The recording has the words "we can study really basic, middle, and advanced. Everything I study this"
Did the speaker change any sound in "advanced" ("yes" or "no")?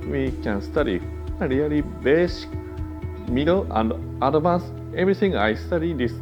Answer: yes